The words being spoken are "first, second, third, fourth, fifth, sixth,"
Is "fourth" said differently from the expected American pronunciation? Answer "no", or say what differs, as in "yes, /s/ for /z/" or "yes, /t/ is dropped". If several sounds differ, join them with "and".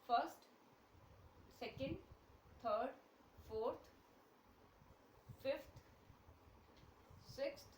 yes, /t/ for /θ/